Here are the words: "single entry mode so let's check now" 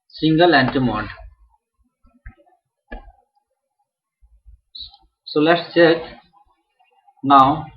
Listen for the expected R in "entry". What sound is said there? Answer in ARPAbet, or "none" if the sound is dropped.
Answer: none